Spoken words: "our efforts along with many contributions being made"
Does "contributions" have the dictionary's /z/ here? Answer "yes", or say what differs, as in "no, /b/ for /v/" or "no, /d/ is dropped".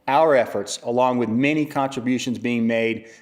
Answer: yes